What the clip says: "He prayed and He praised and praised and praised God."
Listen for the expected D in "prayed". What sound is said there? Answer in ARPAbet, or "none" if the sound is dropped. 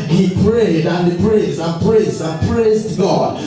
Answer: D